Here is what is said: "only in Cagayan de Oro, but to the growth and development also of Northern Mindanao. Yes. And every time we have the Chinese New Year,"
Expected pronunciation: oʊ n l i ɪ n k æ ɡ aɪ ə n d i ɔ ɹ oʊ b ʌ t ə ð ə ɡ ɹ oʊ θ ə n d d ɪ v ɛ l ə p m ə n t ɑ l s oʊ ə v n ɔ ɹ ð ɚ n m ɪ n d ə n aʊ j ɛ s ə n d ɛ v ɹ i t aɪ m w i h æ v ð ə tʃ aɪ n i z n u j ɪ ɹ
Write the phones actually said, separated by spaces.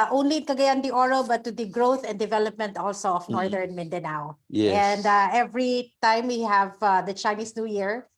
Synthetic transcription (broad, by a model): oʊ n l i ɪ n k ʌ ɡ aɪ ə n d i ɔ ɹ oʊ b ʌ t ə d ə ɡ ɹ oʊ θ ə n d d ɪ v ɛ l ə p m ə n t ɑ l s oʊ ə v n ɔ ɹ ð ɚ n m ɪ n d ə n aʊ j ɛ ə n d ɛ v ɹ i t aɪ m w i h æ v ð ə tʃ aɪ n i s n u j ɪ ɹ